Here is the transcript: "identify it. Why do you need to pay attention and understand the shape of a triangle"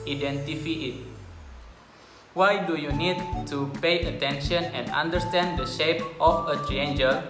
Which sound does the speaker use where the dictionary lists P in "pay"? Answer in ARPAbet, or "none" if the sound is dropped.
P